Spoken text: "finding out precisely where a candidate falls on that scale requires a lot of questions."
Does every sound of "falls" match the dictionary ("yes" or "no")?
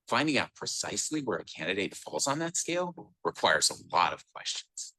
yes